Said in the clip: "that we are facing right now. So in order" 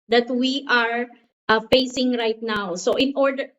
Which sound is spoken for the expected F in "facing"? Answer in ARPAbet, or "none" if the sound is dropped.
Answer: F